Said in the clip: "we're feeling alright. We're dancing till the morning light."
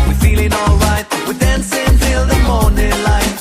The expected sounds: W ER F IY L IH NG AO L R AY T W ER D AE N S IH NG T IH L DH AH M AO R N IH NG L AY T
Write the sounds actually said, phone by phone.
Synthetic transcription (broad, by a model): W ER F IY L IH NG AO L R AY T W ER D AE N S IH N T IH L DH AH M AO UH N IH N L AY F